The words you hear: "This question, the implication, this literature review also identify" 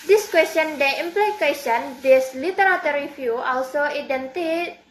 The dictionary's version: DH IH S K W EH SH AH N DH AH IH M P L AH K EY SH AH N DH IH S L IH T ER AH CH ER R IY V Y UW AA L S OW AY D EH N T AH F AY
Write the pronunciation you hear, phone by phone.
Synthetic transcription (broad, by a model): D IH S K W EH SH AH N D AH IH M P L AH K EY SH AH N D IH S L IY T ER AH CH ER R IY F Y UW AA L S OW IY D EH N T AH